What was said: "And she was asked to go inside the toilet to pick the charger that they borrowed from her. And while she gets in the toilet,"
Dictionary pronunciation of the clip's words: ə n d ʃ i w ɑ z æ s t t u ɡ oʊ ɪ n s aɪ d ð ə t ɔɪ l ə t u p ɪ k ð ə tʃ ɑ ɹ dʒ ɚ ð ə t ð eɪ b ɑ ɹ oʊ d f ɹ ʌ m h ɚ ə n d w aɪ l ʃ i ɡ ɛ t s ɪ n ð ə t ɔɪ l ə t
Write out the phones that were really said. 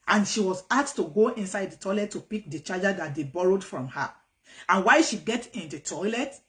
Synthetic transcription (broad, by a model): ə n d ʃ i w ɑ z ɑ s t t u ɡ oʊ ɪ n s aɪ d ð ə t ɔɪ l ə t u p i k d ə tʃ ɑ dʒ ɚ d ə t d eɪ b ɑ ɹ oʊ d f ɹ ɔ m h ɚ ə n w aɪ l ʃ i ɡ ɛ t ɪ n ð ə t ɔɪ l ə t